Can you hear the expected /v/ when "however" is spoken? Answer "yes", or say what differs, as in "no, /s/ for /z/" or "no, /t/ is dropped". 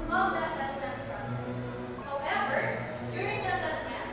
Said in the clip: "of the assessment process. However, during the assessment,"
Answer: no, /b/ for /v/